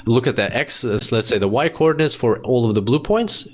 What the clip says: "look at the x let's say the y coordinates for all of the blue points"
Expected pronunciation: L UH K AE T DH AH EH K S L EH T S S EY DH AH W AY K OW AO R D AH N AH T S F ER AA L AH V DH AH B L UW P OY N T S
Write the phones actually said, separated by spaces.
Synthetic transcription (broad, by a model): L UH K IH T DH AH EH K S L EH T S S EY DH AH W AY K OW AO R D N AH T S F ER AA L AH V DH AH B L UW P OY N T S